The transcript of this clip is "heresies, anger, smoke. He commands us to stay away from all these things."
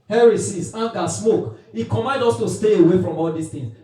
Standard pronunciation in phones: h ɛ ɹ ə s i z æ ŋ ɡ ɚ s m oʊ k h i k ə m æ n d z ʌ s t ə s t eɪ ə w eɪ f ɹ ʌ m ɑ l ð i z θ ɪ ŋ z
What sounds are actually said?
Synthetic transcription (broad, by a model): h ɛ ɹ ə s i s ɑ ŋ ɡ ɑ s m oʊ k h i k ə m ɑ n d ɔ s t ə s t eɪ ə w eɪ f ɹ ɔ m ɑ l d i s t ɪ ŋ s